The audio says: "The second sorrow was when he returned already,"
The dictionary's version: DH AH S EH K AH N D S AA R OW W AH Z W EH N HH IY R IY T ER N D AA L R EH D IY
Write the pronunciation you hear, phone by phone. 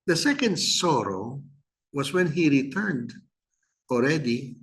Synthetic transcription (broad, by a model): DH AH S EH K AH N D S AA R OW W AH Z W EH N HH IY R IY T ER N D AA L R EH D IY